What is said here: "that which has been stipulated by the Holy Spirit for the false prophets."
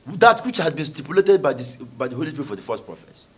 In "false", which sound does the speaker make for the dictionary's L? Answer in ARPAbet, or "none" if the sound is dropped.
none